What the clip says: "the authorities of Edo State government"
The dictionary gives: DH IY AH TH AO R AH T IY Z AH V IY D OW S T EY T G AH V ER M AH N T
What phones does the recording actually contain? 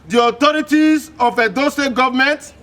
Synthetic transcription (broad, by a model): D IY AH T AO R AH T IY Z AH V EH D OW S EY G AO V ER M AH N T